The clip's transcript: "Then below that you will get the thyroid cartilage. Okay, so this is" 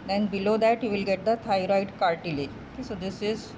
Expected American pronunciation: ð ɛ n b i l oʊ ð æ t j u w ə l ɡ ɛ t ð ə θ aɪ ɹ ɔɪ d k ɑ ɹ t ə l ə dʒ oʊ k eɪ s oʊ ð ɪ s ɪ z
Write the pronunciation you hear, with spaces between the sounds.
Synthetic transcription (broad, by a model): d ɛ n b i l oʊ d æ t j u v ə l ɡ ɛ t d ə t aɪ ɹ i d k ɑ ɹ t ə l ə oʊ k eɪ s oʊ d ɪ s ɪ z